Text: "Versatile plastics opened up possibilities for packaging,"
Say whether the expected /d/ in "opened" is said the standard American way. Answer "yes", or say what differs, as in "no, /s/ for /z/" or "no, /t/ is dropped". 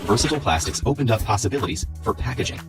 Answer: yes